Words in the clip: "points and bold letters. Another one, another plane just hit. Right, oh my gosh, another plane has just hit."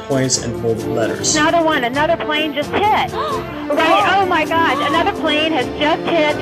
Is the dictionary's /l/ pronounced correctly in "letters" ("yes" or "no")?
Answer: yes